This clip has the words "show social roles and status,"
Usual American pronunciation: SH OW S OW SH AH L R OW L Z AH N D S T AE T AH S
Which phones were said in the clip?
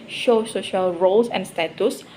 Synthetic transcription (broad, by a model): SH OW S OW SH AH L R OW L S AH N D S T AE T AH S